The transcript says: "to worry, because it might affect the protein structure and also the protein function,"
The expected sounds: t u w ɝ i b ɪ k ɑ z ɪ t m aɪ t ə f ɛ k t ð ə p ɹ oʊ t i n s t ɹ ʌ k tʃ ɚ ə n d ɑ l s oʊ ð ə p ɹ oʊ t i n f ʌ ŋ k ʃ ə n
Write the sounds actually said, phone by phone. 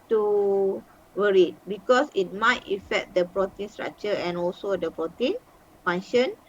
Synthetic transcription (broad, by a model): t u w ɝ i b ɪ k ɑ s ɪ t m aɪ t ə f ɛ k t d ə p ɹ oʊ t i n s t ɹ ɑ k tʃ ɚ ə n ɑ l s oʊ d ə p ɹ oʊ t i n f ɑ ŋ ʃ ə n